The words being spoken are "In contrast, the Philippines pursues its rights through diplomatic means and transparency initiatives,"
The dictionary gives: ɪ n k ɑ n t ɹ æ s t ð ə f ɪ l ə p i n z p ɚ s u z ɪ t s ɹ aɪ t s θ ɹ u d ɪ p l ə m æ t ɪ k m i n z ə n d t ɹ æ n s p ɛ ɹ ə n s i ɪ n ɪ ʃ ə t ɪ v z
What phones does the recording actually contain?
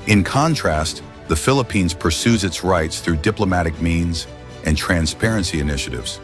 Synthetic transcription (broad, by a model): ɪ n k ɑ n t ɹ æ s t ð ə f ɪ l ə p i n z p ɚ s u z ɪ t s ɹ aɪ t s θ ɹ u d ɪ p l ə m æ t ɪ k m i n z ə n t ɹ æ n s p ɛ ɹ ə n s i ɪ n ɪ ʃ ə t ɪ v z